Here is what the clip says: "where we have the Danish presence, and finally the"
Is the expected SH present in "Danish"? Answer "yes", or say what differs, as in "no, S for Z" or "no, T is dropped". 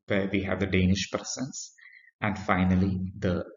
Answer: yes